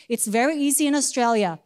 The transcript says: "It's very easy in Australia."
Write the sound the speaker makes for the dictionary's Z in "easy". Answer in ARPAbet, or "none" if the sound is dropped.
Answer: Z